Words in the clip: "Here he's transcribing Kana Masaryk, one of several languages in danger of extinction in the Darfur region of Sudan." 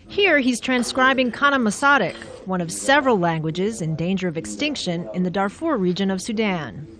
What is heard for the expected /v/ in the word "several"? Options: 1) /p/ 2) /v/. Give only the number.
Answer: 2